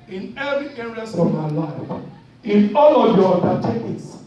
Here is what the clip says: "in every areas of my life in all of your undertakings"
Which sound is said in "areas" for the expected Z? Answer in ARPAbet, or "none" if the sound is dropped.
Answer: S